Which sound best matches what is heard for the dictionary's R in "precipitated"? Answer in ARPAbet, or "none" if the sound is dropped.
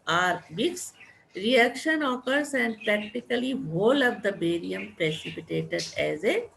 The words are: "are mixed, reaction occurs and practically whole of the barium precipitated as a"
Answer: R